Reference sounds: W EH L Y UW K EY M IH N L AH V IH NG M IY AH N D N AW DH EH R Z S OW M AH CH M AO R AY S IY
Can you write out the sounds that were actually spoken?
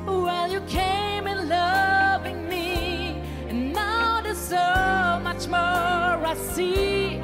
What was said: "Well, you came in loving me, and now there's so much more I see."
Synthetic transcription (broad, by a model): W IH L Y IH K EY M IH N L AH V IH NG M IY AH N N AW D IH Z S OW M AH CH M AO R AY S IY